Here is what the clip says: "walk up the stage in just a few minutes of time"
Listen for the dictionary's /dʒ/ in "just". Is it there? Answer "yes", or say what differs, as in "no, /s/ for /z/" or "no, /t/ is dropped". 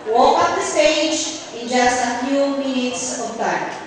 yes